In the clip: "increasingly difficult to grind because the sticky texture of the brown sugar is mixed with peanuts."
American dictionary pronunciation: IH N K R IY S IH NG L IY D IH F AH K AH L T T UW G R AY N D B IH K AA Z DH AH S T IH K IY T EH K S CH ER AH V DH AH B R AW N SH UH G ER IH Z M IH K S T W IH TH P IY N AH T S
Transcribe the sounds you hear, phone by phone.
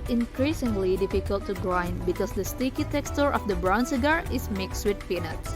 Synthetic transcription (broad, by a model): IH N K R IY S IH NG L IY D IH F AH K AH L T T UW G R AY N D B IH K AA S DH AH S T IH K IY T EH K S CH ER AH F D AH B R AW N S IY G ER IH S M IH K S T W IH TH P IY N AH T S